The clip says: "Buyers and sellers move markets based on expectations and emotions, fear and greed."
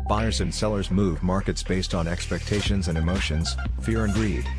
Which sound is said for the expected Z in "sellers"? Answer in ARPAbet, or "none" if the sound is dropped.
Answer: Z